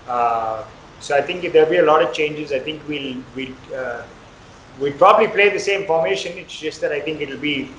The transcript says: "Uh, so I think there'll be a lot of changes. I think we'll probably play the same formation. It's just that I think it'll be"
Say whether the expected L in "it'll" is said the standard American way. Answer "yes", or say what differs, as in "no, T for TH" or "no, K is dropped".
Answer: yes